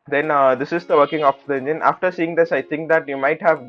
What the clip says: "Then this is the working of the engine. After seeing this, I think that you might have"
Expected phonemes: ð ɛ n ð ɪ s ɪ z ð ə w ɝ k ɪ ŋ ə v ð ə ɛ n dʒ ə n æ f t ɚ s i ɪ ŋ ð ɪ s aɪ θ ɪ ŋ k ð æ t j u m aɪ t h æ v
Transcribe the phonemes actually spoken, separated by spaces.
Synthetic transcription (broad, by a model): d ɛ n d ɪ s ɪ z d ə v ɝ k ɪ ŋ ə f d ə ɛ n dʒ ə n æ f t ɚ s i ɪ ŋ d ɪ s aɪ t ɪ ŋ k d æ t j u m aɪ t h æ v